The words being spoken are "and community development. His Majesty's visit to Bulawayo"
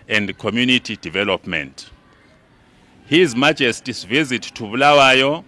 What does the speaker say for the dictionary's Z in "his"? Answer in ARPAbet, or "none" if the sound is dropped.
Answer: Z